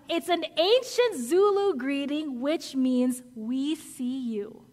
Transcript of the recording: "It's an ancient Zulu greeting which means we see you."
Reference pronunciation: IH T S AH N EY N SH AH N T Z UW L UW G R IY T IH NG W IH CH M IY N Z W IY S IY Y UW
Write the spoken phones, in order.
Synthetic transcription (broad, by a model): IH T S AH N EY N SH AH N T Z UW L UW G R IY T IH NG W IH CH M IY N Z W IY S IY Y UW